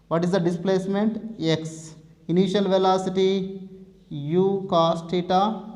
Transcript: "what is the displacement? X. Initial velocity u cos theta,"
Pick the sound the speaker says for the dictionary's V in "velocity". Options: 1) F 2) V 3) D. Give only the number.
2